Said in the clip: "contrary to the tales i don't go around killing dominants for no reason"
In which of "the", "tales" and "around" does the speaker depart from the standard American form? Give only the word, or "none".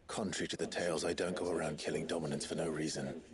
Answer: none